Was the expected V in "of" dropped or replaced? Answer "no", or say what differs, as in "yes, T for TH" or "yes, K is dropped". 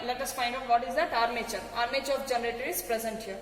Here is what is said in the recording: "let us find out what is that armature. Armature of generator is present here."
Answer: yes, B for V